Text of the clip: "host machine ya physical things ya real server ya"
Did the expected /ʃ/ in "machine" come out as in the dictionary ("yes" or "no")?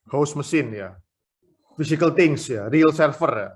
no